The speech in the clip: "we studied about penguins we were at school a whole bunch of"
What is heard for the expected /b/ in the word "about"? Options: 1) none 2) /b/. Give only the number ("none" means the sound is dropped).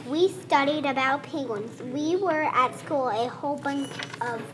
2